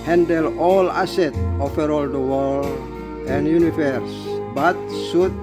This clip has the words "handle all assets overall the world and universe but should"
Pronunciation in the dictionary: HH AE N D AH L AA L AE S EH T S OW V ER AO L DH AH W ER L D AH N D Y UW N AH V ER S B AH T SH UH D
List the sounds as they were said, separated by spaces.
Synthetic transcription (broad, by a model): HH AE N D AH L AA L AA S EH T OW F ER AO L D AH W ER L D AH N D Y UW N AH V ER S B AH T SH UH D